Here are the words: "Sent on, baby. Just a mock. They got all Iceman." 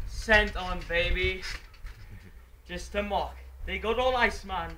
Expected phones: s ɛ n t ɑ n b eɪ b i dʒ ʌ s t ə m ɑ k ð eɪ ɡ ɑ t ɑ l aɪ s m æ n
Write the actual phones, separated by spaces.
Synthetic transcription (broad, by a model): s ɛ n t ɑ n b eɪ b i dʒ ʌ s t ə m ɑ k ð eɪ ɡ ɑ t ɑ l aɪ s m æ n